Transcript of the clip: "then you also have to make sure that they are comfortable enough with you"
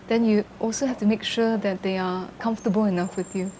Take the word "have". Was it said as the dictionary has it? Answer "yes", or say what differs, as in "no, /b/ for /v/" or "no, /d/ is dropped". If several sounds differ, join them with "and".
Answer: no, /f/ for /v/